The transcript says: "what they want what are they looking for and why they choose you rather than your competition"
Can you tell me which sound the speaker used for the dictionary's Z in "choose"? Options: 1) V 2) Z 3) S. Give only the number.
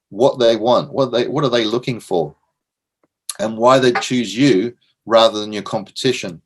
2